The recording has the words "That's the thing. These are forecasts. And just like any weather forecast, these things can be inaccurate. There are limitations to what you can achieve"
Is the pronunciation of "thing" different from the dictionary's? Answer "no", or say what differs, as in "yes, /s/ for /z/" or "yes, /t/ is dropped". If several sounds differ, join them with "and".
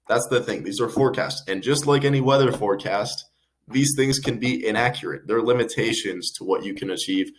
no